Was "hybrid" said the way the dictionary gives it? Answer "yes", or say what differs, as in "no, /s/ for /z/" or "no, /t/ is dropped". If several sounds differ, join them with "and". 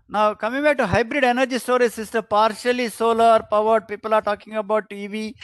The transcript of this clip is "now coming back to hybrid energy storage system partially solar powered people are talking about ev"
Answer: yes